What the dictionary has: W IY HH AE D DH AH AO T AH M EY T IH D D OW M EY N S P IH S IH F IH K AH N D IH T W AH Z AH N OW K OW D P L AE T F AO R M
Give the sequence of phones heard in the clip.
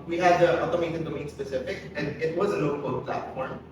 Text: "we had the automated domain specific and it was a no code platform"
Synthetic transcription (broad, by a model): W IY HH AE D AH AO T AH M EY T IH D D OW M EY N S P IH S IH F IH K AH N D IH T W AH Z AH N OW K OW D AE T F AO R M